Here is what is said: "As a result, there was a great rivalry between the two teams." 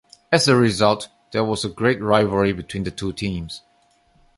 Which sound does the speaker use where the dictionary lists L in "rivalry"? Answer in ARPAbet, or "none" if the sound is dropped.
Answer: none